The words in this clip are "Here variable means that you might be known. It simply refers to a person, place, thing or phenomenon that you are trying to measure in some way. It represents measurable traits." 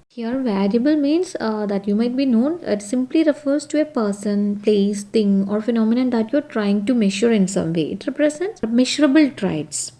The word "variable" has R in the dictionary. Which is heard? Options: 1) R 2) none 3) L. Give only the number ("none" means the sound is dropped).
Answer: 3